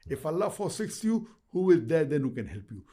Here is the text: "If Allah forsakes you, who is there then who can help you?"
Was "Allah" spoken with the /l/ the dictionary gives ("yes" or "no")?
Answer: yes